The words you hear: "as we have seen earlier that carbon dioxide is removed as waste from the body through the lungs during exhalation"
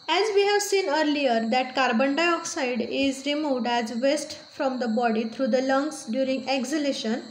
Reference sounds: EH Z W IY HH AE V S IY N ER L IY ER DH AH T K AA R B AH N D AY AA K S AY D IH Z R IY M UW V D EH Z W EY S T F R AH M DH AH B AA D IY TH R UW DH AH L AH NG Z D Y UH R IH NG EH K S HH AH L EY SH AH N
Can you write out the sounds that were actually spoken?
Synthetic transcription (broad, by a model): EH Z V IY HH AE V S IY N ER L IY ER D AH T K AA R B AH N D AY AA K S AY D IH Z R IY M UW V D EH Z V EY S T F R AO M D AH B AA D IY T R UW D AH L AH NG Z D Y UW R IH NG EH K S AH L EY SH AH N